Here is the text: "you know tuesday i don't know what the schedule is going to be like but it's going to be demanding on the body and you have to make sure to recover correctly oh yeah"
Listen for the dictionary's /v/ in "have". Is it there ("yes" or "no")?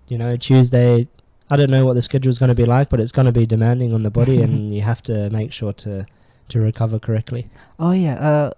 no